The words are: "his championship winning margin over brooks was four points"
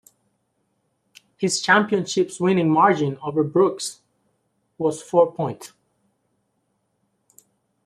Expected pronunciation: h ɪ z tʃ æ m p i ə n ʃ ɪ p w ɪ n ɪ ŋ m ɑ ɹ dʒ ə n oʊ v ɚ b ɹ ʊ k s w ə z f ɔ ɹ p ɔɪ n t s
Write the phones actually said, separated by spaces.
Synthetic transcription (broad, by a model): h ɪ z tʃ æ m p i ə n ʃ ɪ p w ɪ n ɪ ŋ m ɑ ɹ dʒ ə n oʊ v ɚ b ɹ ʊ k s w ə z f ɔ ɹ p ɔɪ n t